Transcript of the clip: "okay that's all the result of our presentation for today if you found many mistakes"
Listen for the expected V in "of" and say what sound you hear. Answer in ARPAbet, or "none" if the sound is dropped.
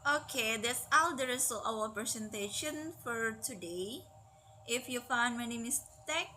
W